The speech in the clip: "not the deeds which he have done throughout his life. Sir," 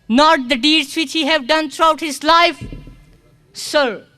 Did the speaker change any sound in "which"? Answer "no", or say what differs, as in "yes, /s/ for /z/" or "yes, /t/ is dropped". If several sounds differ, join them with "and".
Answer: no